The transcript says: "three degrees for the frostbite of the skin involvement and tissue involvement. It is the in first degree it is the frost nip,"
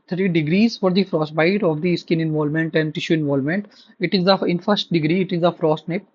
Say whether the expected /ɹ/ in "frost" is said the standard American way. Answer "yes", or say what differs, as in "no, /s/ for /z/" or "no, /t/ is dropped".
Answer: yes